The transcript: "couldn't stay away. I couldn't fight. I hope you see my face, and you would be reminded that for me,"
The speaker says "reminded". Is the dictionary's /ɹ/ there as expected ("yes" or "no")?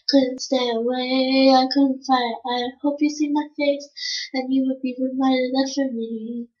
no